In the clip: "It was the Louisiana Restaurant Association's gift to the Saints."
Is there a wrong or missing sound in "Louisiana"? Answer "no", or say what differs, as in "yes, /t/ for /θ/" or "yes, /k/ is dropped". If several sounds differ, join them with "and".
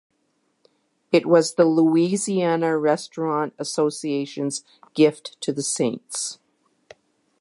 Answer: no